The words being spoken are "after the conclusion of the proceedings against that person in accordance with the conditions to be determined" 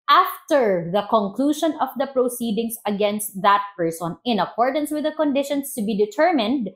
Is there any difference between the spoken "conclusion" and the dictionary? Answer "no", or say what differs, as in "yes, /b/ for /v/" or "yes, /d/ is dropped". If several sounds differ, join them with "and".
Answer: yes, /ʃ/ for /ʒ/